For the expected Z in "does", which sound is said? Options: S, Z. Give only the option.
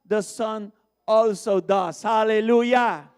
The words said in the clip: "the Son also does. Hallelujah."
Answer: S